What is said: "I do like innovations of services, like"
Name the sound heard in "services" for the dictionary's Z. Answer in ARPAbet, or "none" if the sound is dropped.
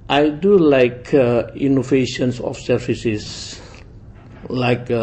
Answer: S